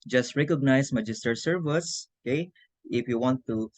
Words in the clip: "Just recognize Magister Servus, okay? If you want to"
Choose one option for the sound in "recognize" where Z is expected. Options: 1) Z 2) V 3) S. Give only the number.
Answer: 3